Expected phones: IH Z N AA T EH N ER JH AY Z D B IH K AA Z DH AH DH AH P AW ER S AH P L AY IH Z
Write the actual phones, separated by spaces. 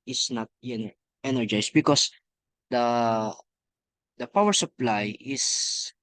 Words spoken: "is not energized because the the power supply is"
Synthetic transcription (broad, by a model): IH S N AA T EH N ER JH AY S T B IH K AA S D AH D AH P AW ER S AH P L AY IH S